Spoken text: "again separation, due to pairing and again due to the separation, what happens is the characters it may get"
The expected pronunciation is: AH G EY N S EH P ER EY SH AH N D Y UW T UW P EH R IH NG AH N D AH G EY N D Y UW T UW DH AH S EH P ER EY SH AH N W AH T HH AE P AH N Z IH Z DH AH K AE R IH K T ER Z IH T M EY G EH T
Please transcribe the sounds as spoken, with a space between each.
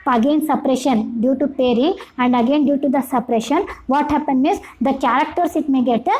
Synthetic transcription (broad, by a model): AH G EY N S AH P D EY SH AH N D Y UW T UW P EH R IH NG AH N D AH G EY N D Y UW T UW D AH S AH P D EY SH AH N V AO T HH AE P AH N IH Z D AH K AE R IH K T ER S IH T M EY G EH T